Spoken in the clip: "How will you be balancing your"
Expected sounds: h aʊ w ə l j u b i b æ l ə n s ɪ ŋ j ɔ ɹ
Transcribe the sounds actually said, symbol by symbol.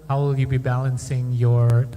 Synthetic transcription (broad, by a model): h aʊ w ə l j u b i b æ l ə n s ɪ ŋ j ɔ ɹ